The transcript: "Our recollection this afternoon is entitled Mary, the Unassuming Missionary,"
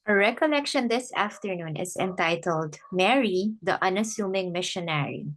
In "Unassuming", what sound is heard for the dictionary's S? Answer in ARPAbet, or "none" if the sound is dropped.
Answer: S